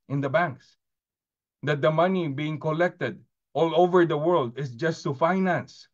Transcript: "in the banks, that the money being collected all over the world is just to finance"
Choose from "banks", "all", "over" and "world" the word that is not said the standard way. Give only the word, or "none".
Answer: none